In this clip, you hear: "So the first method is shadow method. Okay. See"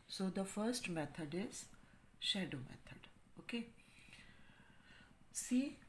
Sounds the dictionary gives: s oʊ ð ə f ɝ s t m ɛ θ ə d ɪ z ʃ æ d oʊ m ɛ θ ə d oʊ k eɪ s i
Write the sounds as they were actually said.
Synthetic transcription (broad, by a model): s oʊ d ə f ɝ s t m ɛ t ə d ɪ z ʃ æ d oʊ m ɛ t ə d oʊ k eɪ s i